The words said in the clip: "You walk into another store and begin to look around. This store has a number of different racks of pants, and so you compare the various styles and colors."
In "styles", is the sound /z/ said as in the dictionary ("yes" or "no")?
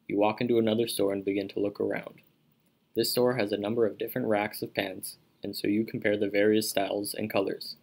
yes